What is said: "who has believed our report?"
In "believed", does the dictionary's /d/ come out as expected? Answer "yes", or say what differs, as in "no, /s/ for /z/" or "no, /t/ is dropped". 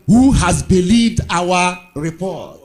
yes